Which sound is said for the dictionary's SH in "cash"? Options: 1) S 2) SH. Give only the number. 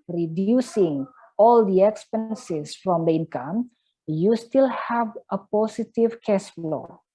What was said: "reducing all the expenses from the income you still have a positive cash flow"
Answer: 1